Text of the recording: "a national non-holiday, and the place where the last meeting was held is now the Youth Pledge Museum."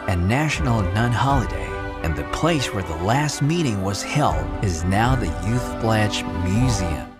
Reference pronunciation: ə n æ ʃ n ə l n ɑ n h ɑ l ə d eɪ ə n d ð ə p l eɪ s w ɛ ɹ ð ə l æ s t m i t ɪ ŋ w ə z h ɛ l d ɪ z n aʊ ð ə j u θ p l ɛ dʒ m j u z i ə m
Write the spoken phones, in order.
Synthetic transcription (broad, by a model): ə n æ ʃ n l n ɑ n h ɑ l ə d eɪ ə n ð ə p l eɪ s w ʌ ɹ ð ə l æ s t m i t ɪ ŋ w ə z h ɛ l d ɪ z n aʊ ð ə j u θ b l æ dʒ m j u z i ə m